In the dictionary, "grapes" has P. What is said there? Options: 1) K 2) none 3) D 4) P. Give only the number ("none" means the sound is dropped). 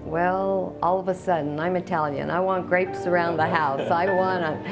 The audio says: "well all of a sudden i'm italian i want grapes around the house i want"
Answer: 4